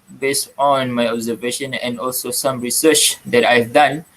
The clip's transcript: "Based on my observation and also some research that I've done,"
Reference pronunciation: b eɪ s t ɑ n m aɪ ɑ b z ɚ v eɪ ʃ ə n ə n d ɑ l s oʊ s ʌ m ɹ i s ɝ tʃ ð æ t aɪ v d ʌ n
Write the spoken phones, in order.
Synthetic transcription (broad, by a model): b eɪ s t ɑ n m aɪ ɑ b z ɚ v eɪ ʃ ə n ə n d ɑ l s oʊ s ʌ m ɹ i s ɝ tʃ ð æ t aɪ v d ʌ n